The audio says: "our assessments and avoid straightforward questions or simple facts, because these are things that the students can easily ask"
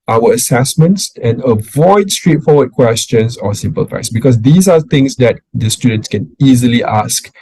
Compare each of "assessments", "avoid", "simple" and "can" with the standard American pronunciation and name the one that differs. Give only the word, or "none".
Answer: none